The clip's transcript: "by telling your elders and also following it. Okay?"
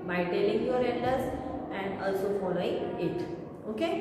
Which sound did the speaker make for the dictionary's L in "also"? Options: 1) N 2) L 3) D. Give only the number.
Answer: 2